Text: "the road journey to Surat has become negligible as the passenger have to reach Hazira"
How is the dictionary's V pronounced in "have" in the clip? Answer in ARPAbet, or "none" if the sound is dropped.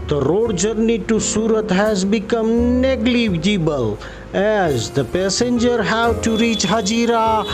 W